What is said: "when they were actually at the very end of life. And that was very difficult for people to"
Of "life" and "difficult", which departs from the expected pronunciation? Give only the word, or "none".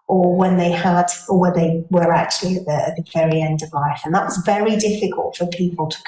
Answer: none